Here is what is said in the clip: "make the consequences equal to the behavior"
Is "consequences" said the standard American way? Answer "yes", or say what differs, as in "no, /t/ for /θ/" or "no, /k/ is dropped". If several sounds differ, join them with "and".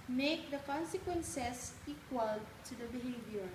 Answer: no, /s/ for /z/